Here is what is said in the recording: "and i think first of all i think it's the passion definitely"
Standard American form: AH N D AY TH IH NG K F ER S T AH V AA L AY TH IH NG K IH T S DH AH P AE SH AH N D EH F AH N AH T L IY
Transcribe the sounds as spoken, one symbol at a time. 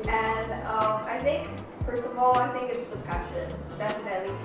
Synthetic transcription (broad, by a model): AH N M AY TH IH NG K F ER S AH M AA L AY TH IH NG K IH T S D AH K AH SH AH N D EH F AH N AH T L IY